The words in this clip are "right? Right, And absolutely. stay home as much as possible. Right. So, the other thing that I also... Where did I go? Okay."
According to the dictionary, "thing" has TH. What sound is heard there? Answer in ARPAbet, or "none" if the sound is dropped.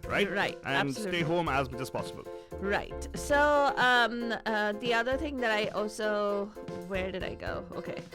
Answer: TH